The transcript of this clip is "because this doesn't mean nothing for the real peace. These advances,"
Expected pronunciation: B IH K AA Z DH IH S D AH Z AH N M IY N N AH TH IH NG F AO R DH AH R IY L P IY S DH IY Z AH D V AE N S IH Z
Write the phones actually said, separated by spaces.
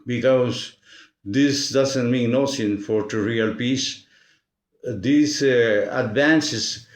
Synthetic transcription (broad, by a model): B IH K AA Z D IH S D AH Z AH N M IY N N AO S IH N F AO R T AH R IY L P IY S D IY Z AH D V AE N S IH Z